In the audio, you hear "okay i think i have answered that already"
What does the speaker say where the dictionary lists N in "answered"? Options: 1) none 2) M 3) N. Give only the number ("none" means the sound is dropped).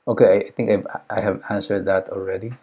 3